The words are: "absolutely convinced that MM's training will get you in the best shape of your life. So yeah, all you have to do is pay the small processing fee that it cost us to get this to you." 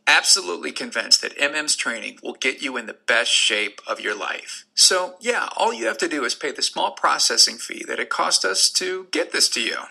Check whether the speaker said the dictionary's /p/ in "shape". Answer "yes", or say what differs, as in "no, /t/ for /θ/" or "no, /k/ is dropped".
yes